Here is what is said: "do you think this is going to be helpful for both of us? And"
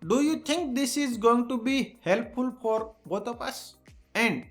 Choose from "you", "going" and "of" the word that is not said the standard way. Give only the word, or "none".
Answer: of